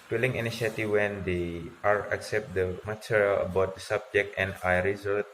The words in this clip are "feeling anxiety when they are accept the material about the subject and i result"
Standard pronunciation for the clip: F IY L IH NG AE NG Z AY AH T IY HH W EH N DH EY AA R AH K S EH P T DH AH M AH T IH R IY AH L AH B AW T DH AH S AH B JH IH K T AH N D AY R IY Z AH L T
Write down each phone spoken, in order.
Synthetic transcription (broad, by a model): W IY L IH NG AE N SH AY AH T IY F W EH N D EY AA R AH K S EH P T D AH M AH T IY R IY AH L AH B AW T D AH S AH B JH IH K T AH N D AY R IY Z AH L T